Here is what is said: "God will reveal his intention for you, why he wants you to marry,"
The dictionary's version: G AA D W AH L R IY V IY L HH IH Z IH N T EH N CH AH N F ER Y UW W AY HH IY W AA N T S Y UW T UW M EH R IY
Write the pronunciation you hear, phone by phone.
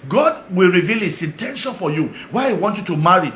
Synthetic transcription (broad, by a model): G AA D W AH L R IY V IY L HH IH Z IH N T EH N SH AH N F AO Y UW W AY HH IY W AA N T Y UW T UW M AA R IY